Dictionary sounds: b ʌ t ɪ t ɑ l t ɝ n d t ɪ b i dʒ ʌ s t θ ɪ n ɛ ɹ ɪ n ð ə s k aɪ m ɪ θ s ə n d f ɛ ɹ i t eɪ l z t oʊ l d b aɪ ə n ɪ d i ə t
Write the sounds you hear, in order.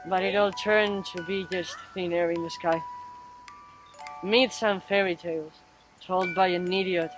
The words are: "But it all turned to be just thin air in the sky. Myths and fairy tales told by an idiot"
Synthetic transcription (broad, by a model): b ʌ t ɪ t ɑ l t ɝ n t ɪ b i dʒ ʌ s t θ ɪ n ɛ ɹ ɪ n ð ə s k aɪ m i t s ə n f ɛ ɹ i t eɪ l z t oʊ l d b aɪ ə n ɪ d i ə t